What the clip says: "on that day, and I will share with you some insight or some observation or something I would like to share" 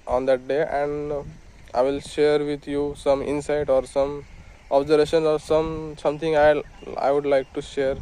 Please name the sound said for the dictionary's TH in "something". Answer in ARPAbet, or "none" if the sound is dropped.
S